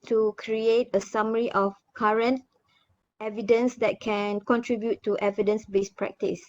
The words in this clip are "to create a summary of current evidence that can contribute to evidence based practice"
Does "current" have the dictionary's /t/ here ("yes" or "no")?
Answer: yes